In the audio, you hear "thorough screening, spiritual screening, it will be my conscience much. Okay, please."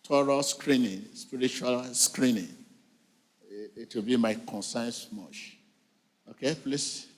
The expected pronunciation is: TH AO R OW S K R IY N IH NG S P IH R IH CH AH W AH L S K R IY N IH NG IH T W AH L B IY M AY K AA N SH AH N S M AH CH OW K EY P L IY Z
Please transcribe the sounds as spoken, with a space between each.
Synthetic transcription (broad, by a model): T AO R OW S K R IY N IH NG S P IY R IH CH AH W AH L S K R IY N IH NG IH T W AH L B IY M AY K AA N S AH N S M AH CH OW K EY P L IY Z